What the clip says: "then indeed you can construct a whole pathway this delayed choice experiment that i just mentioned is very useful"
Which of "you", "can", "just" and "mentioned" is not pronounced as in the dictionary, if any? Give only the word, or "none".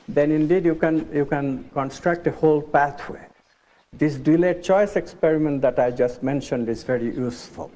none